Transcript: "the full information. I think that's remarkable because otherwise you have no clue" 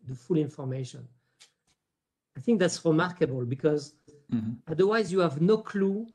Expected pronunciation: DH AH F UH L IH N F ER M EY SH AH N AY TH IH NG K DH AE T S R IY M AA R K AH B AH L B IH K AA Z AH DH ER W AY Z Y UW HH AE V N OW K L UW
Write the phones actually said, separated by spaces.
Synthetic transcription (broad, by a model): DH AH F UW L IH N F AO M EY SH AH N AY TH IH NG K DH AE T S R IY M AA R K AH B AH L B IH K AA Z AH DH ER W AY Z Y UW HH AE V N OW K L UW